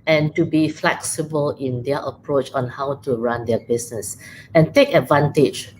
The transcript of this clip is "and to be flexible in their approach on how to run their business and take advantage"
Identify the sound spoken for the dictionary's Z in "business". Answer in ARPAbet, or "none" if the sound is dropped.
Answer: S